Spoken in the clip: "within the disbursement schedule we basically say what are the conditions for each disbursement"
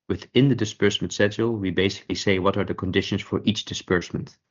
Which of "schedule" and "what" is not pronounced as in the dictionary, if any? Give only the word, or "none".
schedule